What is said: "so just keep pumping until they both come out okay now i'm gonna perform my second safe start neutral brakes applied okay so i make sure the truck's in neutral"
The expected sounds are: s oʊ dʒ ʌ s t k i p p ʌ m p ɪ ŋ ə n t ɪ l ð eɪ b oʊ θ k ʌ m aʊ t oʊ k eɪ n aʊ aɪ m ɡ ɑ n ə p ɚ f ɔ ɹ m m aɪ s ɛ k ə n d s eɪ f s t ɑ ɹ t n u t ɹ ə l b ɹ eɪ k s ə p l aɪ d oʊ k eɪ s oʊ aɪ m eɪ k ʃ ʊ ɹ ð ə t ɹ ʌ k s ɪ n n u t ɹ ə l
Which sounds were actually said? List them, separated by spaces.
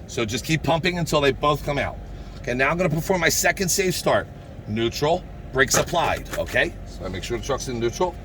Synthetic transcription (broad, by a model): s oʊ dʒ ʌ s k i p p ʌ m p ɪ ŋ ə n t ɪ l ð eɪ b oʊ θ k ʌ m aʊ t oʊ k eɪ n aʊ aɪ m ɡ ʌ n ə p ɚ f ɔ ɹ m m aɪ s ɛ k ə n d s eɪ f s t ɑ ɹ t n u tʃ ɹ l b ɹ eɪ k s ə p l aɪ d oʊ k eɪ s oʊ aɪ m eɪ k ʃ ʊ ɹ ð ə t ɹ ʌ k s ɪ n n u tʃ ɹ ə l